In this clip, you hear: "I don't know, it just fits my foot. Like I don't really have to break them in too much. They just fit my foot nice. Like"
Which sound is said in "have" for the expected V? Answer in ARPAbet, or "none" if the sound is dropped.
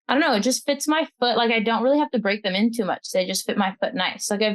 F